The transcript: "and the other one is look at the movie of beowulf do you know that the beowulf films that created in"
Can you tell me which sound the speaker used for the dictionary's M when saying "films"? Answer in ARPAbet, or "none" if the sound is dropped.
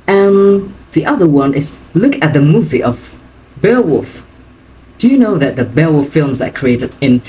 M